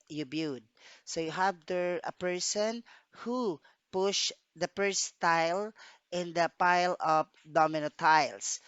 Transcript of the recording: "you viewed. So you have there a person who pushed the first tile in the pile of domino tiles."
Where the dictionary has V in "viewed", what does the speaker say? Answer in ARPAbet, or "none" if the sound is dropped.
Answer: B